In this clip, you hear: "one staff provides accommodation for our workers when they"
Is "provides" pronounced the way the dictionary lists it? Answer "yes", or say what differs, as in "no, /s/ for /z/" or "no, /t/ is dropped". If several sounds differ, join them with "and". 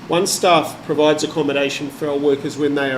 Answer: yes